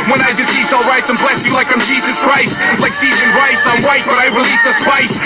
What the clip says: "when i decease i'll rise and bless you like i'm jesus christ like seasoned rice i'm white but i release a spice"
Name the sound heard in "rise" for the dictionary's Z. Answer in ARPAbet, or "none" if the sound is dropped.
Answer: S